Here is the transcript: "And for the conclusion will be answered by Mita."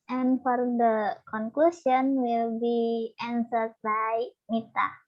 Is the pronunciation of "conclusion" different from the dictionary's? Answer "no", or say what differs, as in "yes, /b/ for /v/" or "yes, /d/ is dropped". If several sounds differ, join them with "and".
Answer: yes, /s/ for /ʒ/